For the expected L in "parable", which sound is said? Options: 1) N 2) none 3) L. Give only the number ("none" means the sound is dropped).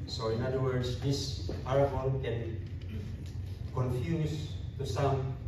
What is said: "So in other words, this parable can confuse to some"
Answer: 1